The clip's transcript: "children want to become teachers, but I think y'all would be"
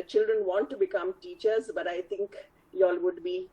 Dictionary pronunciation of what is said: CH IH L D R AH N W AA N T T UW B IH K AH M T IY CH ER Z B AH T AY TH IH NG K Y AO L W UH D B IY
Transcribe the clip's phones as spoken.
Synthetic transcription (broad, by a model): CH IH L D R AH N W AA N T T UW B IH K AH M T IY CH ER Z B AH T AY T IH NG K Y AO L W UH D B IY